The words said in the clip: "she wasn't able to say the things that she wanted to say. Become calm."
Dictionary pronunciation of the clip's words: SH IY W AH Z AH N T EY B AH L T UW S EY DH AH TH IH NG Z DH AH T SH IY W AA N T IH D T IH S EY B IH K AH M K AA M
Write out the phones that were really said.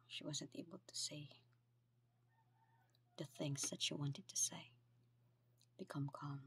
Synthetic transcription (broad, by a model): SH IY W AH Z AH N T EY B AH L T UW S EY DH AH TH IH NG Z DH AH T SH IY W AA N T IH D T IH S EY B IH K AH M K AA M